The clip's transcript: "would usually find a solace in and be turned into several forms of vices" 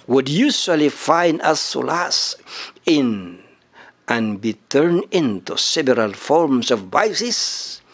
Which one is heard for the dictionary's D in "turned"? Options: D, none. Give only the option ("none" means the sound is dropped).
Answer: none